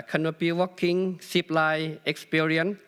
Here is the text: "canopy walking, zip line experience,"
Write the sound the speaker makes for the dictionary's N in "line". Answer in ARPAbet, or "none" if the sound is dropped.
none